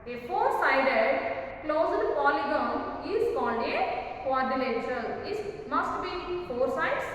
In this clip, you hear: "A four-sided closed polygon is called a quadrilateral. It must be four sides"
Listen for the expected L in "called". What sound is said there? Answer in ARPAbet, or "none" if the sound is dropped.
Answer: N